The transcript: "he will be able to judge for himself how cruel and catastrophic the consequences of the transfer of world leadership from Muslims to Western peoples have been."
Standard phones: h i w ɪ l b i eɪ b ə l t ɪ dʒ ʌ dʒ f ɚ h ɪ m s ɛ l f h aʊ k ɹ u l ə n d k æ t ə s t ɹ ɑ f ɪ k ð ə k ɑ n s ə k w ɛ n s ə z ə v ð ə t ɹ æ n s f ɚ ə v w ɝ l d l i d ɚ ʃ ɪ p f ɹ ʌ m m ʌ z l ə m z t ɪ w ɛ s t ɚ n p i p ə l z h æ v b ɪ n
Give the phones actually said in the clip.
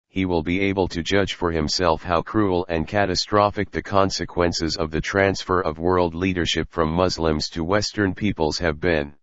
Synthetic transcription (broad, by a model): h i w ɪ l b i eɪ b ə l t ɪ dʒ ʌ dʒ f ɚ h ɪ m s ɛ l f h aʊ k ɹ u l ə n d k æ t ə s t ɹ ɑ f ɪ k ð ə k ɑ n s ə k w ɛ n s ə z ə v ð ə t ɹ æ n s f ɚ ə v w ɝ l d l i d ɚ ʃ ɪ p f ɹ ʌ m m ʌ z l ə m z t ɪ w ɛ s t ɚ n p i p ə l z h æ v b ɪ n